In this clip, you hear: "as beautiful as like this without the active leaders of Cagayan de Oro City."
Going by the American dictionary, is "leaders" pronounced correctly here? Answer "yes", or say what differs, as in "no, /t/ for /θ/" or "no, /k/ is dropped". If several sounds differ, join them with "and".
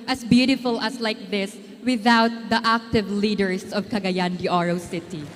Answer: no, /s/ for /z/